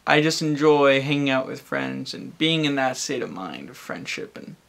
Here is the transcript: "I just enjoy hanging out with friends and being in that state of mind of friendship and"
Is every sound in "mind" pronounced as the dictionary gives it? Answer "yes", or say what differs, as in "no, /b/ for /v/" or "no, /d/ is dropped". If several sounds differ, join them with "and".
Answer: yes